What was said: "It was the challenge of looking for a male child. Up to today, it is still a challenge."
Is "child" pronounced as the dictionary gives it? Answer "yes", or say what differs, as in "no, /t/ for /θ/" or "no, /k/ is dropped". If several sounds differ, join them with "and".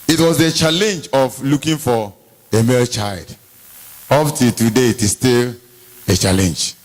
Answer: yes